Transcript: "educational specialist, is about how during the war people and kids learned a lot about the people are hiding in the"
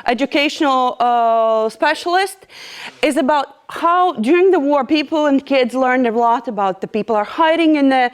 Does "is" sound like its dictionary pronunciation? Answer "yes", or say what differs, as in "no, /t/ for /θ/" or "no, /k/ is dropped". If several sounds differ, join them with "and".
yes